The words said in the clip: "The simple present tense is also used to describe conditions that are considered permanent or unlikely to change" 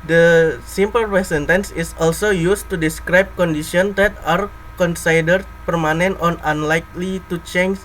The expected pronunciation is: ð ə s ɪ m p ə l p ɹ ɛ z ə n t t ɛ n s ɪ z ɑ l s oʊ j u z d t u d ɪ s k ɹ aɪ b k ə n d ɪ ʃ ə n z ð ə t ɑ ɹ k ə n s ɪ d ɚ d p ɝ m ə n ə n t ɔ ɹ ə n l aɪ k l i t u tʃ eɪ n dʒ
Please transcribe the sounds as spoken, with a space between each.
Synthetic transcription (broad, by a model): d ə s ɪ m p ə l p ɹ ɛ s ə n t t ɛ n s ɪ s ɑ l s oʊ j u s t u d ɪ s k ɹ aɪ b k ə n d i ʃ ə n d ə t ɑ ɹ k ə n s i d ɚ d p ɝ m ə n ə n t ɔ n ə n l aɪ k l i t u tʃ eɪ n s